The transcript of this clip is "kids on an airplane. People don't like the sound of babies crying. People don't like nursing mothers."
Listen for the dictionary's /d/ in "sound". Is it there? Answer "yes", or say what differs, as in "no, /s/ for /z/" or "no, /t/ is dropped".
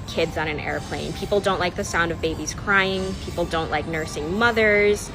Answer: yes